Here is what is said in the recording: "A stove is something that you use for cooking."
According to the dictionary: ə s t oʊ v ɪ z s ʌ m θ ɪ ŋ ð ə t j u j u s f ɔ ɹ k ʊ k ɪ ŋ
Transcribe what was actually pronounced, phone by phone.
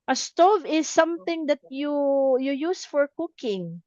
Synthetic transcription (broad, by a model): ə s t oʊ v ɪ s ʌ m θ ɪ ŋ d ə t j u j u s f ɔ ɹ k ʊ k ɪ ŋ